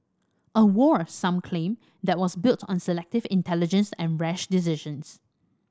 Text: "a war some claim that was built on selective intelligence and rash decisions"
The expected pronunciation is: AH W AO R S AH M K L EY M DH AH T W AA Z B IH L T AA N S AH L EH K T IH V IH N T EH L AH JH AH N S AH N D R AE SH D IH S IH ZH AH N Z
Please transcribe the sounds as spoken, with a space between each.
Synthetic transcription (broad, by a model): AH W AO R S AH M K L EY M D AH T W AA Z B IH L T AA N S AH L EH K T IH V IH N T EH L AH JH AH N S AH N R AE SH D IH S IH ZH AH N S